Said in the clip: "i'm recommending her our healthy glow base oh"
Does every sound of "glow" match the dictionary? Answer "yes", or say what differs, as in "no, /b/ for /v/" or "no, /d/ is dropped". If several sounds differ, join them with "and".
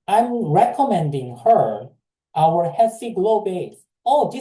yes